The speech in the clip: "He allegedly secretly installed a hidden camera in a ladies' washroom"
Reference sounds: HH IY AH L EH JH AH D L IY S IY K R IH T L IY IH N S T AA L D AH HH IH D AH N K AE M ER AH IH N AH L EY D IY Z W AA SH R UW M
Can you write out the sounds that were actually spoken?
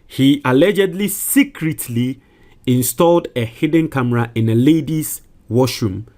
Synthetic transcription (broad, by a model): HH IY AH L EH JH AH D L IY S IY K R IH T L IY IH N S T AA L D AH HH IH D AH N K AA M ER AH IH N AH L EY D IY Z W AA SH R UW M